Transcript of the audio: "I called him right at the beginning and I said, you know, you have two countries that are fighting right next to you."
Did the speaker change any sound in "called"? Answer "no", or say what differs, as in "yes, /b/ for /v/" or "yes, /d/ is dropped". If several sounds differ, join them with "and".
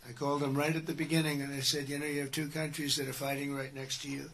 no